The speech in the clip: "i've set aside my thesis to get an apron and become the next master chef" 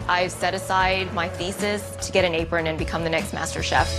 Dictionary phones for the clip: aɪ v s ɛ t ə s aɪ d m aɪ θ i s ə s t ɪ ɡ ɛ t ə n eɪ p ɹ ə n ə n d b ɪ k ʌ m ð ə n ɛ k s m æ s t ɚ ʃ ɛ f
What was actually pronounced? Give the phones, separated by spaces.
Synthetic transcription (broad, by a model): aɪ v s ɛ t ə s aɪ d m aɪ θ i s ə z t ɪ ɡ ɛ t ə n eɪ p ɹ ə n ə n b ɪ k ʌ m ð ə n ɛ k s m æ s t ɚ ʃ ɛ f